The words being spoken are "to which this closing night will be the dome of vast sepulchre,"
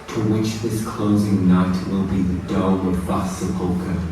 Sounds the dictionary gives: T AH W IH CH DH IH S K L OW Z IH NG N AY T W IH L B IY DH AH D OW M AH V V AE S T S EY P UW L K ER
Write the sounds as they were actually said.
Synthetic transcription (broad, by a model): T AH W IH CH DH IH S K L OW Z IH NG N AY T W IH L B IY DH AH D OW AH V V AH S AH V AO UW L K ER